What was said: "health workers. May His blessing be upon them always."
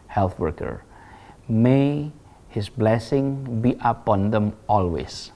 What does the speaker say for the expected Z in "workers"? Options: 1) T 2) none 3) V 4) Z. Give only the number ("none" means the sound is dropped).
2